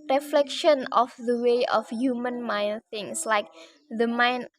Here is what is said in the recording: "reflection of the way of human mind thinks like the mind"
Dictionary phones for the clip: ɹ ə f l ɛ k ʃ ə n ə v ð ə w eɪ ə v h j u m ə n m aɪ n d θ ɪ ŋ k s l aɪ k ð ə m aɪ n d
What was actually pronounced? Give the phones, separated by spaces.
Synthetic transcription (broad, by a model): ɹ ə f l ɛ k ʃ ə n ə f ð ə w eɪ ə f h j u m ə n m aɪ n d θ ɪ ŋ s l aɪ k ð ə m aɪ n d